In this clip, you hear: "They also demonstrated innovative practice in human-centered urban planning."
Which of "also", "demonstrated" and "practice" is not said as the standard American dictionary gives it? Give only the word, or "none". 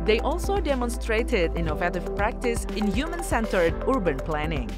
none